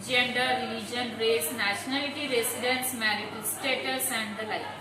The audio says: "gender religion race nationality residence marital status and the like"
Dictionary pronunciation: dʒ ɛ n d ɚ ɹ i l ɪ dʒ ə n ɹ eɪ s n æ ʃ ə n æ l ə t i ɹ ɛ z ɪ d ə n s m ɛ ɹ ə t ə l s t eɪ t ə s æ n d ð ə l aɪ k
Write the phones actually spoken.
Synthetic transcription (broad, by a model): dʒ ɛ n d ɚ ɹ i l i dʒ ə n ɹ eɪ s n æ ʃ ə n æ l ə t i ɹ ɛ s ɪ d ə n s m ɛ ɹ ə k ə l s t eɪ t ə s æ n d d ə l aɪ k